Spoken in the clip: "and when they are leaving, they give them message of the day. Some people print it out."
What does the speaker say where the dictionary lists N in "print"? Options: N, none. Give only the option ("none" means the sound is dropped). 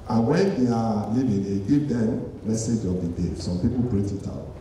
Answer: none